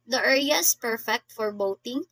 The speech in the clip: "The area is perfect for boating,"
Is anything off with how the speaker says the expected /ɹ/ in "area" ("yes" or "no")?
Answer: yes